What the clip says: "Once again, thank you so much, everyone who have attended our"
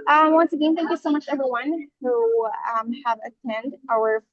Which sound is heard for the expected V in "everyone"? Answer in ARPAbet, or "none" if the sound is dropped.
V